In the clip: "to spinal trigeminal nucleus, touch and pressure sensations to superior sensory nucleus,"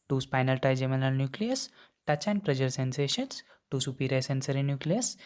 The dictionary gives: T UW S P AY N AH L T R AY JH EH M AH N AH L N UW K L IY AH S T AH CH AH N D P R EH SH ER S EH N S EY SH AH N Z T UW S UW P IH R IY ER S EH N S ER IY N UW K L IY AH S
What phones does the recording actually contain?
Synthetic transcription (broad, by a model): T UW S P AY N AH L T AY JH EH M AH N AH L N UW K L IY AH S T AH CH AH N P R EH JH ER S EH N S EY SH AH N S T UW S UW P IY R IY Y S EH N S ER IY N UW K L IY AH S